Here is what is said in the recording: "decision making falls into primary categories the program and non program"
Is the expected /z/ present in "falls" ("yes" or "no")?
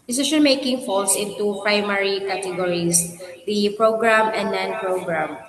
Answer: no